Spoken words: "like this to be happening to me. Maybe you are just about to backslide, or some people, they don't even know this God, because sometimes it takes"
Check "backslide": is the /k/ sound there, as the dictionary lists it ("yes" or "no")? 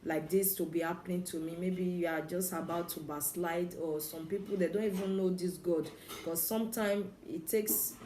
no